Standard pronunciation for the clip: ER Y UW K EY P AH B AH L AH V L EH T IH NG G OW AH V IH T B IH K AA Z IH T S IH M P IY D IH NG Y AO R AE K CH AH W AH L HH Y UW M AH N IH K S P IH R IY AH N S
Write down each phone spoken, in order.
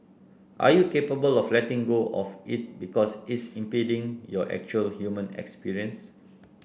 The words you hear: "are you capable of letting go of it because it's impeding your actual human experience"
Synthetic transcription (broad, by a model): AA Y UW K EY P AH B AH L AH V L EH T IH NG G OW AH F IH T B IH K AA S IH T S IH M P IY D IH NG Y AO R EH K CH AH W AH L HH Y UW M AH N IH K S P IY R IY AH N S